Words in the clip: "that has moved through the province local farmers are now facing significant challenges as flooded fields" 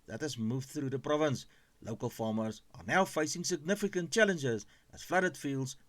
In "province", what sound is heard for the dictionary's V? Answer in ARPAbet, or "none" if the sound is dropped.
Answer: V